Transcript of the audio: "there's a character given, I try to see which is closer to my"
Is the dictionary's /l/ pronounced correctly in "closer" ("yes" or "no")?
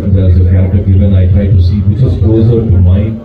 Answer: no